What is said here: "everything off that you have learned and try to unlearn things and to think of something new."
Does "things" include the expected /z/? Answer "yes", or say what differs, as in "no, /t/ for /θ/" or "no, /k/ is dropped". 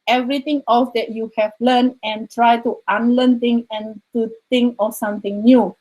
no, /z/ is dropped